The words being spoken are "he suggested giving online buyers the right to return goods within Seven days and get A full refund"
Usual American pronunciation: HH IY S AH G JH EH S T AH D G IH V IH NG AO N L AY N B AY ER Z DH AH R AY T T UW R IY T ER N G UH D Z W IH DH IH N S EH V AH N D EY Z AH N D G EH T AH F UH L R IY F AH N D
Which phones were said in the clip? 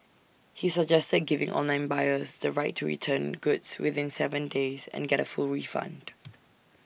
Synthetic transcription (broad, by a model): HH IY S AH G JH EH S T AH D G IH V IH NG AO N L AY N B AY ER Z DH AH R AY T T UW R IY T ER N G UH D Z W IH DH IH N S EH V AH N D EY Z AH N G EH T AH F UH L R IY F AH N D